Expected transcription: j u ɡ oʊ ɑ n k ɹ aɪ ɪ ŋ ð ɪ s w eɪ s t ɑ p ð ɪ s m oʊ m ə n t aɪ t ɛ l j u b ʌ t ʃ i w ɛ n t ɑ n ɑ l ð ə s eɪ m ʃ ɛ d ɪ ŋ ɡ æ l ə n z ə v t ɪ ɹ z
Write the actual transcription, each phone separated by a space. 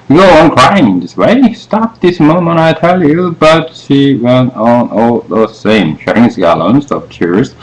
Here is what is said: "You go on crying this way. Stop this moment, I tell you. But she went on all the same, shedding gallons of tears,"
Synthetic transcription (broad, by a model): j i ɡ oʊ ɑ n k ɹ aɪ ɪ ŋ ð ɪ s w eɪ s t ɑ p ð ɪ s m oʊ m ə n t aɪ t ɛ l j u b ʌ t ʃ i w ɛ n t n ɑ l ð ə s eɪ m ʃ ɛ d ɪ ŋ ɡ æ l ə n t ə p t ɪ ɹ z